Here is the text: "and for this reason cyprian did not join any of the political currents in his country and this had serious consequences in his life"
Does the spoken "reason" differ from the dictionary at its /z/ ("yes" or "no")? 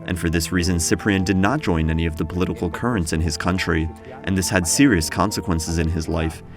no